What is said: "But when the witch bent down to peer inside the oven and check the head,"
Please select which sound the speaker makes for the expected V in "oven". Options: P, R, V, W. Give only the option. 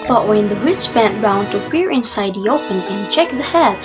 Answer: P